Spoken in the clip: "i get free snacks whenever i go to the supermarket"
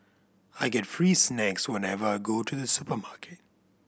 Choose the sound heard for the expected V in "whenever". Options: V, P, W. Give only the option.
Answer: V